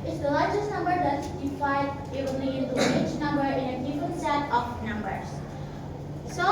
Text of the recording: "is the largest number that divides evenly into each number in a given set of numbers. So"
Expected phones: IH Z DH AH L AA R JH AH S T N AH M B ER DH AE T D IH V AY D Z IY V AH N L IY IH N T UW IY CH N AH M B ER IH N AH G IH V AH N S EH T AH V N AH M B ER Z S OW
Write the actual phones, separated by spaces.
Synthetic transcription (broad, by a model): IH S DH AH L AA R JH AH S T N AH M B ER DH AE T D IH P AY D IH AH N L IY IH N T UW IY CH N AH M B ER IH N AH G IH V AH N S EH T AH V N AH M B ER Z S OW